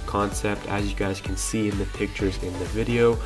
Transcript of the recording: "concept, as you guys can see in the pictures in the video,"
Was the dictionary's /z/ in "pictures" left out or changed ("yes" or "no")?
no